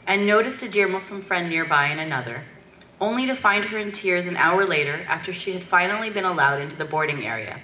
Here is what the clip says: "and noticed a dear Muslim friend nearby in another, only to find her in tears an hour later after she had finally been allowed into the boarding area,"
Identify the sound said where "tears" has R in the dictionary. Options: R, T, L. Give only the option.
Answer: R